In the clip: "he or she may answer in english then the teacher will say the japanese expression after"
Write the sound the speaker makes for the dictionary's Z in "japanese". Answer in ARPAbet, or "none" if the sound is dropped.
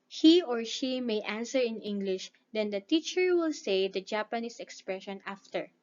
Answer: S